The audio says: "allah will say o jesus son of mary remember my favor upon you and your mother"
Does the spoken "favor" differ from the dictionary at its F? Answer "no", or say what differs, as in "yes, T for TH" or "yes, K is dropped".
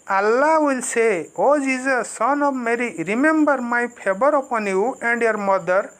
yes, P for F